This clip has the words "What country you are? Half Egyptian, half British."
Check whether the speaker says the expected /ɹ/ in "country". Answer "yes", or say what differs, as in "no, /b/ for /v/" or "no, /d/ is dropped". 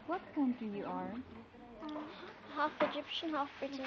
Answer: no, /ɹ/ is dropped